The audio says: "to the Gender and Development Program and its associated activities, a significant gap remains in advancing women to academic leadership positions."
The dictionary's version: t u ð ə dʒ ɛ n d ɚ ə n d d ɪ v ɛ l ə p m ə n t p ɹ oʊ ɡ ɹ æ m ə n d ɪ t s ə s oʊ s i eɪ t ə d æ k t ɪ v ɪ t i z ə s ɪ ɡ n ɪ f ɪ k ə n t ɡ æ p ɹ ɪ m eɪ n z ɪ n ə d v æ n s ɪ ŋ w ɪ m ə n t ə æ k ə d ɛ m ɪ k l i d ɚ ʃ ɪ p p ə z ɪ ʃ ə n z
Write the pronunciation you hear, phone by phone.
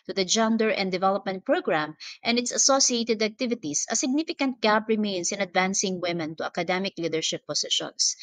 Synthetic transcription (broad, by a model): t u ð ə dʒ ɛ n d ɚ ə n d d ɪ v ɛ l ə p m ə n t p ɹ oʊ ɡ ɹ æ m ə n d ɪ t s ə s oʊ s i eɪ t ə d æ k t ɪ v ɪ t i s ə s ɪ ɡ n ɪ f ɪ k ə n t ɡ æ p ɹ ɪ m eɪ n s ɪ n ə d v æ n s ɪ ŋ w ɪ m ə n t ə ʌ k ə d ɛ m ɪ k l i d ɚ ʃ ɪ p p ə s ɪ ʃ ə n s